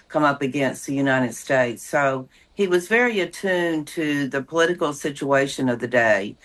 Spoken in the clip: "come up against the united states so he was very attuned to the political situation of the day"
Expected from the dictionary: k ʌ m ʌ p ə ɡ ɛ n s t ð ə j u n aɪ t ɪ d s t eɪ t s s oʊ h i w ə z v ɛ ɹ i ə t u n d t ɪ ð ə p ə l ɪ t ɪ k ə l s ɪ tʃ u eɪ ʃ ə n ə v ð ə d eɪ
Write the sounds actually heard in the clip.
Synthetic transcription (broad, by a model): k ʌ m ʌ p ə ɡ ɛ n s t ð ə j u n aɪ t ɪ d s t eɪ t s s oʊ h i w ə z v ɛ ɹ i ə t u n t ɪ ð ə p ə l ɪ t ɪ k l s ɪ tʃ u eɪ ʃ ə n ə v ð ə d eɪ